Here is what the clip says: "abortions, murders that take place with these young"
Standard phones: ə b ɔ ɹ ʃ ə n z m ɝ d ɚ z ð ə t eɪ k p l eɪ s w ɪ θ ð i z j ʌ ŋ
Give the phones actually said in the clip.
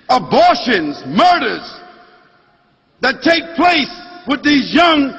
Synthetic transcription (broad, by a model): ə b ɔ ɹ ʃ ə n z m ɝ d ɚ z ð ə t eɪ k p l eɪ s w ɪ ð i z j ʌ ŋ